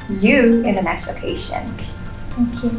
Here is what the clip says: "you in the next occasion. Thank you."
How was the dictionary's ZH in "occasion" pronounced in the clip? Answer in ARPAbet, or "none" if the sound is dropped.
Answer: SH